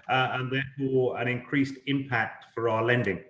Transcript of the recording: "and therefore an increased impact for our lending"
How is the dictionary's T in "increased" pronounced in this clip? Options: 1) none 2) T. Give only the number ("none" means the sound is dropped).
2